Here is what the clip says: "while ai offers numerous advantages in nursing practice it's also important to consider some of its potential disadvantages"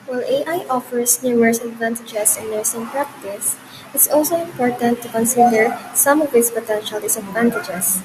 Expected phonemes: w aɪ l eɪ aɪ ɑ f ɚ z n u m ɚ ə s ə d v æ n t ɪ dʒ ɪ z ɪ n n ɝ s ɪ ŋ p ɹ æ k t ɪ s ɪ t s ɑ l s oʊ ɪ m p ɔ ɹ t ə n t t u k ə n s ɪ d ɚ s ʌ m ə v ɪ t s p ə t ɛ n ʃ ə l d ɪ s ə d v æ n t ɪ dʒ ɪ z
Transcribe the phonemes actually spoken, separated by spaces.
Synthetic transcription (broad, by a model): w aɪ l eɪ aɪ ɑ f ɚ s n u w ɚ s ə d v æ n t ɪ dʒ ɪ s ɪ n n ɝ s ɪ ŋ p ɹ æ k t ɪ s ɪ t s ɑ l s oʊ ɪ m p ɔ ɹ t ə n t t u k ə n s ɪ d ɚ s ʌ m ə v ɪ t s p ə t ɛ n ʃ ə l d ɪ s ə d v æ n t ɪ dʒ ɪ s